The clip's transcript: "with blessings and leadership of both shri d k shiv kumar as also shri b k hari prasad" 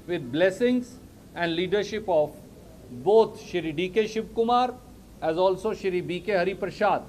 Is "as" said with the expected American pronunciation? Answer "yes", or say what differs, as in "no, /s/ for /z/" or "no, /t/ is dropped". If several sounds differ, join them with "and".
yes